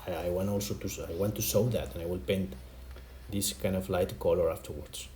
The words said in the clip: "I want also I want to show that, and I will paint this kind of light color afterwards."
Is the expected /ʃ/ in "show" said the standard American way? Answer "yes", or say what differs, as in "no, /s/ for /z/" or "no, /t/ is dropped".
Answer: no, /s/ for /ʃ/